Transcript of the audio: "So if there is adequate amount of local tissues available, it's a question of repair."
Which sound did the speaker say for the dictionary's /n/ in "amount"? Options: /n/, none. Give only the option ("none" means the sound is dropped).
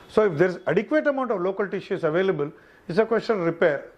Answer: /n/